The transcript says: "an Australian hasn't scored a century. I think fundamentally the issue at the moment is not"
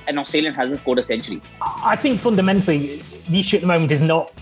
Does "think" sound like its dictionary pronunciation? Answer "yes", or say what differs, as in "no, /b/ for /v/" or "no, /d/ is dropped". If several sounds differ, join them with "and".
yes